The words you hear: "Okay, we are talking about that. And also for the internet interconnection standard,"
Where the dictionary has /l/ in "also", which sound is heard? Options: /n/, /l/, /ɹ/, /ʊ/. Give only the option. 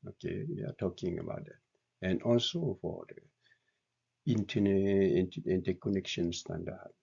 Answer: /l/